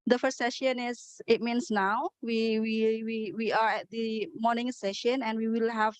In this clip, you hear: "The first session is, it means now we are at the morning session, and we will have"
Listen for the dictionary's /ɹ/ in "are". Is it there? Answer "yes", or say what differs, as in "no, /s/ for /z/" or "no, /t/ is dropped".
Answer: no, /w/ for /ɹ/